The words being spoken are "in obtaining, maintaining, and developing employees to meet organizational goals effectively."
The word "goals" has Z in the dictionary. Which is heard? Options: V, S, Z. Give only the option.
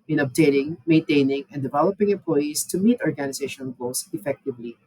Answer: S